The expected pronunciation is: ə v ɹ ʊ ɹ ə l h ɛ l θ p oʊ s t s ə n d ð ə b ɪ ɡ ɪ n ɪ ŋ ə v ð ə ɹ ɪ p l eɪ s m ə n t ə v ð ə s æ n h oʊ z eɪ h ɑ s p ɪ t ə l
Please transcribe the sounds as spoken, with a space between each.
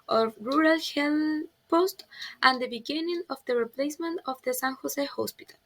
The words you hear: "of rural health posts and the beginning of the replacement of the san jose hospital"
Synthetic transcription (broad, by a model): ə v ɹ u ɹ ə l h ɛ l p oʊ s t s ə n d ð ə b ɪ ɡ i n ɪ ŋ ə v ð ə ɹ ɪ p l eɪ s m ə n t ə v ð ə s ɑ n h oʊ s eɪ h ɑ s p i t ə l